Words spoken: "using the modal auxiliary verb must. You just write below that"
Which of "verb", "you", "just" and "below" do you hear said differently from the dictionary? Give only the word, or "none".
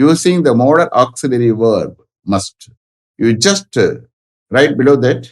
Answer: none